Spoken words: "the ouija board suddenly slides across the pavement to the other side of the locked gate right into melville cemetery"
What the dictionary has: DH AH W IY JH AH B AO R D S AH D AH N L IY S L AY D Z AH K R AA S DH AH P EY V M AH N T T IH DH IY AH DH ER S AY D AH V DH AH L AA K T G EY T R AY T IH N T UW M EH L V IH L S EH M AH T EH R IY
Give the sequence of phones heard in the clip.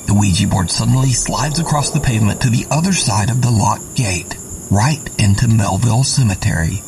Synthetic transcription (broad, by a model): DH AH W IY JH AH B AO R D S AH D N L IY S L AY D Z AH K R AA S DH AH P EY V M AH N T T IH DH IY AH DH ER S AY D AH V DH AH L AA T G EY T R AY T IH N T UW M EH L V IH L S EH M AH T EH R IY